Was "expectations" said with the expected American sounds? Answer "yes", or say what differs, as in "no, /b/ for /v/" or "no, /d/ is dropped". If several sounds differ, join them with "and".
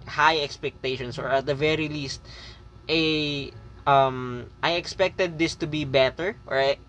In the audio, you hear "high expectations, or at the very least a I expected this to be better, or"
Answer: no, /s/ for /z/